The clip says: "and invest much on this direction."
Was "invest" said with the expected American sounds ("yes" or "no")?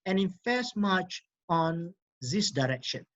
no